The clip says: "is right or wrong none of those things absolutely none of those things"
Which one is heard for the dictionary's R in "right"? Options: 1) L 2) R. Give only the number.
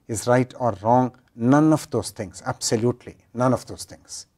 2